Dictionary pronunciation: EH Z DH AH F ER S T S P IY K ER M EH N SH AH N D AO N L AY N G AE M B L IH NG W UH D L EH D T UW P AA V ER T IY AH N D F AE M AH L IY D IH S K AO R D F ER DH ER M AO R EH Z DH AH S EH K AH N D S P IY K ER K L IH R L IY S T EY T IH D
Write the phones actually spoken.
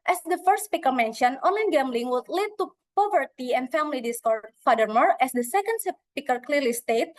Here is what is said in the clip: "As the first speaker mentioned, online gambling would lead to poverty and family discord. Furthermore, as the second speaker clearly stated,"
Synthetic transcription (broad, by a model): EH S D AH F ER S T S P IY K ER M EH N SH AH N AO N L AY N G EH M B L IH NG W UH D L EH D T UW P AA V ER T IY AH N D F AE M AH L IY D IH S K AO R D F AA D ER M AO R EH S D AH S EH K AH N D S P IY K ER K L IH R L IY S T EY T